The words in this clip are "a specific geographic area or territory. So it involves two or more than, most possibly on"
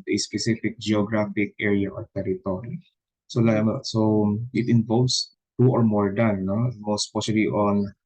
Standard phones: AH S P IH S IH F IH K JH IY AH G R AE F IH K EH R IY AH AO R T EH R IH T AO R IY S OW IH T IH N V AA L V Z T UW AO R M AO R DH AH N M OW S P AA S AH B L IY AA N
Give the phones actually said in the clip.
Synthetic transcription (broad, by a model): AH S P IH S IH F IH K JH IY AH G R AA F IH K EH R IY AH AO R T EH R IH T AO R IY S OW IH T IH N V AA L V S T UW AO R M AO R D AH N M OW S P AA SH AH L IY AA N